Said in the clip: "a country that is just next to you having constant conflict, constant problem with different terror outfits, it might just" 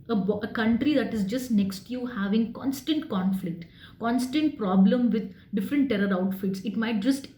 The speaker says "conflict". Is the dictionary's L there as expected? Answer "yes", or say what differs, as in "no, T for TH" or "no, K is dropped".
yes